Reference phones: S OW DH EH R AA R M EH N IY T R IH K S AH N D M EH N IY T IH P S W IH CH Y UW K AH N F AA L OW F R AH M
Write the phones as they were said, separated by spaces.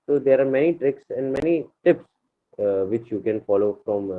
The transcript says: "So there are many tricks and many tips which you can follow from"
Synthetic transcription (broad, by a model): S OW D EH R AA R M EH N IY T R IH K S AH N D M EH N IY T IH P S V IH CH Y UW K AH N F AA L OW F R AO M